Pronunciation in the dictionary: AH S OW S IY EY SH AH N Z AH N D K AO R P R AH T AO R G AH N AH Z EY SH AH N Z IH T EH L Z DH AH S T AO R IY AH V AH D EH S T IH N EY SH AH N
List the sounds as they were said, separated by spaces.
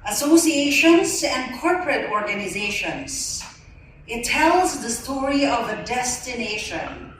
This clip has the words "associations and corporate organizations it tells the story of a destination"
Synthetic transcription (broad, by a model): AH S OW S IY EY SH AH N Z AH N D K AO R P R AH T AO R G AH N AH Z EY SH AH N Z IH T EH L Z DH AH S T AO R IY AH V AH D EH S T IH N EY SH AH N